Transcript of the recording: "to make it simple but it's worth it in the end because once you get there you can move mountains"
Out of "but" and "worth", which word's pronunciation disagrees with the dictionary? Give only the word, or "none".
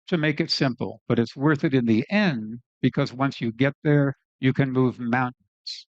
none